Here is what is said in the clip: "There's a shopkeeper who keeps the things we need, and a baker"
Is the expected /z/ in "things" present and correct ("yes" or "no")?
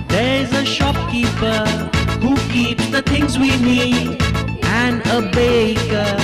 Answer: yes